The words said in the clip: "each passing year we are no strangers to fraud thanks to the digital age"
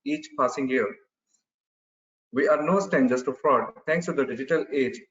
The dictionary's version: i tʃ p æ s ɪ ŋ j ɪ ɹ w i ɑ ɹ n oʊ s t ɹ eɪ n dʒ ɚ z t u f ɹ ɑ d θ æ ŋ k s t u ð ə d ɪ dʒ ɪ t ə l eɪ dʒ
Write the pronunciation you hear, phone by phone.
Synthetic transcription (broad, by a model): i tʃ p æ s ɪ ŋ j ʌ ɹ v i ɑ ɹ n oʊ s t eɪ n dʒ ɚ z t u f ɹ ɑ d t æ ŋ k s t u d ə d ɪ dʒ ɪ t ə l eɪ dʒ